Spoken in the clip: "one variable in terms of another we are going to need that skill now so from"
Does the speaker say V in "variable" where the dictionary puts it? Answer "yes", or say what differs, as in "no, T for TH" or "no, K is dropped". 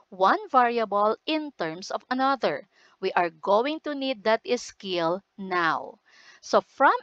yes